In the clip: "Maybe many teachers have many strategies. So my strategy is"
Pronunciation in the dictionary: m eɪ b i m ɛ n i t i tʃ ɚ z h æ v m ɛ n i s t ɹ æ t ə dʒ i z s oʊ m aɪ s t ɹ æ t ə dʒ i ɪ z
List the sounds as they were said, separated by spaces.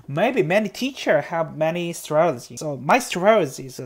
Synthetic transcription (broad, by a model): m eɪ b i m ɛ n i t i tʃ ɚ h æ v m ɛ n i s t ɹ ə i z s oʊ m aɪ s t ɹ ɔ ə z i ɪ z